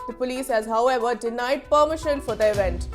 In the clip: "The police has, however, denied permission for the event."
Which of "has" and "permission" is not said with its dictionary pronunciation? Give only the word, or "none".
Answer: none